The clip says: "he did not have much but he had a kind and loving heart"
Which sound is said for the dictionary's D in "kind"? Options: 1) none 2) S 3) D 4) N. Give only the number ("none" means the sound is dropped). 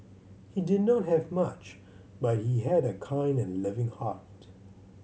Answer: 3